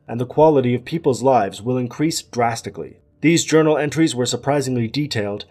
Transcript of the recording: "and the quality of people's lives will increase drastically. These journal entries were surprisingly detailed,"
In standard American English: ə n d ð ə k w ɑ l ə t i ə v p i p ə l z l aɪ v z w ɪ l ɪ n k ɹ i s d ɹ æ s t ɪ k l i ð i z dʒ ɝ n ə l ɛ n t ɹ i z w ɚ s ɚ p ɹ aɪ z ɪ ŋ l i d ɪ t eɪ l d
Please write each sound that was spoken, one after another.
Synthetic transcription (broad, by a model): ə n ð ə k w ɑ l ə t i ə v p i p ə l z l aɪ v z w ɪ l ɪ n k ɹ i s d ɹ æ s t ɪ k l i ð i z dʒ ɝ n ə l ɛ n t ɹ i z w ɚ s ɚ p ɹ aɪ z ɪ ŋ l i d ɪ t eɪ l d